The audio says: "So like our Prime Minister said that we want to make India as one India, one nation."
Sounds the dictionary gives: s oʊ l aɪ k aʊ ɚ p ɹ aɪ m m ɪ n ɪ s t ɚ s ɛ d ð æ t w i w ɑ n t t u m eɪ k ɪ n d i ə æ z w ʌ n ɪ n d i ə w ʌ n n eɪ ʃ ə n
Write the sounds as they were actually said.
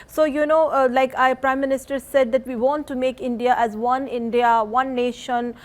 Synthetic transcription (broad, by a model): s oʊ l aɪ k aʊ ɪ p ɹ aɪ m m ɪ n ɪ s t ɚ s ɛ d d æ t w i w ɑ n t t u m eɪ k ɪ n d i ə æ z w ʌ n ɪ n d i ə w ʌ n n eɪ ʃ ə n